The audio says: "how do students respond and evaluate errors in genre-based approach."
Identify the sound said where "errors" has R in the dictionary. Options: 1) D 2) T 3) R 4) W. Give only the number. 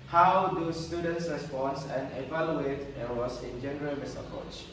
4